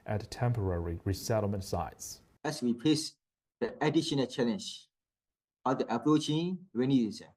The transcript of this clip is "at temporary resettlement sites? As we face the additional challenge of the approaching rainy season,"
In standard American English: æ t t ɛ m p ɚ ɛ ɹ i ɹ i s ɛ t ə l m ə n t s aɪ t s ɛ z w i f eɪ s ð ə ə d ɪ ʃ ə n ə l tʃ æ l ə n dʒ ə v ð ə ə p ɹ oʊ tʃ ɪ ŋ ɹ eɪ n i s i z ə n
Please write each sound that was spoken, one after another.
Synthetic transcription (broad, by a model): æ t t ɛ m p ɚ ɛ ɹ i ɹ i s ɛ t l m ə n t s aɪ t s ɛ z w i p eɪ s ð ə ə d ɪ ʃ ə n ə l tʃ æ l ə n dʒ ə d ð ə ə p ɹ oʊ tʃ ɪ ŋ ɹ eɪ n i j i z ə